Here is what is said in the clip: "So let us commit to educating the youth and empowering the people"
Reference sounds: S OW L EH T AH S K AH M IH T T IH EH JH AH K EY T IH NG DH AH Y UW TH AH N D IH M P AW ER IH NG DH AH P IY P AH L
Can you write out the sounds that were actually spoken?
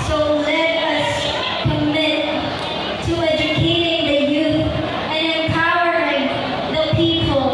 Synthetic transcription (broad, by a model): S OW L EH T AH S K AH M IH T T IH EH JH AH K EY T IH NG DH AH Y UW TH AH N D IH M P AW ER IH NG DH AH P IY P L